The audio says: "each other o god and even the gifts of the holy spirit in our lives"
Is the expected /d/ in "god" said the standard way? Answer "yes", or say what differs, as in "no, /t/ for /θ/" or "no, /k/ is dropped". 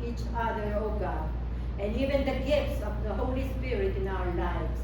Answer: no, /d/ is dropped